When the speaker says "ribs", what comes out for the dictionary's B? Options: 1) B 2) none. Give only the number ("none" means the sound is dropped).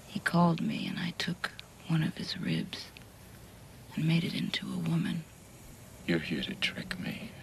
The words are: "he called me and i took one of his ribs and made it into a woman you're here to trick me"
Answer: 1